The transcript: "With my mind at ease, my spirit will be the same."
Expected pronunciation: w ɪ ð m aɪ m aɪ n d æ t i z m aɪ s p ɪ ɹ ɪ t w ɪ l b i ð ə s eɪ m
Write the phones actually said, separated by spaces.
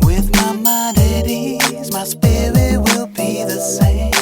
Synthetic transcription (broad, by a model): w ɪ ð m aɪ m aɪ d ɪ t i z m aɪ s p ɪ ɹ ɪ t w ɪ l b i ð ə s eɪ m